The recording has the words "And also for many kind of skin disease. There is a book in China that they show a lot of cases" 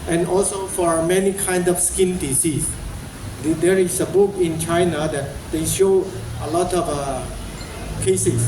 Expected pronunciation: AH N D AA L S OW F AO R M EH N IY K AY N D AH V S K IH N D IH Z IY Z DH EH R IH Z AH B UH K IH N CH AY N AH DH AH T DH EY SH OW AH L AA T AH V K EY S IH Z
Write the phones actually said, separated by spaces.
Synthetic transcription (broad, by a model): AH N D AA L S OW F AO R M EH N IY K AY N D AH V S K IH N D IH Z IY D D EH R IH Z AH B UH K IH N CH AY N AH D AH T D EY SH OW AH L AA T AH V K EY S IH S